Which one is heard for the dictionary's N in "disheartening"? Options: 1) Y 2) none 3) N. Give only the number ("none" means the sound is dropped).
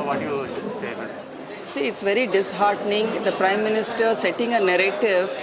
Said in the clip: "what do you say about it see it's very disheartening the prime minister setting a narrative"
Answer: 3